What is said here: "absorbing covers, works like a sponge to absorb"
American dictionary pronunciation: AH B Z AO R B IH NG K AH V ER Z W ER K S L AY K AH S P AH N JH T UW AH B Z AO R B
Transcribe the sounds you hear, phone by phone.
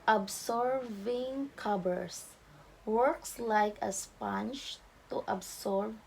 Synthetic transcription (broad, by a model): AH B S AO R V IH NG K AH B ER S W ER K S L AY K AH S P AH N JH T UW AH B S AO R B